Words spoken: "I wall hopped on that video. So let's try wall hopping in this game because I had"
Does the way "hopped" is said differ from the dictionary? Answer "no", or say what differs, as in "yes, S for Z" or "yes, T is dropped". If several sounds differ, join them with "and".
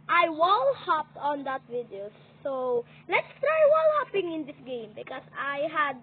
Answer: no